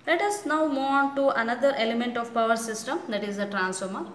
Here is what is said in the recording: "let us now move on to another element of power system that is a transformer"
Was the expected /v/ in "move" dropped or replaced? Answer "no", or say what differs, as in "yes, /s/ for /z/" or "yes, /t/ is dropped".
yes, /v/ is dropped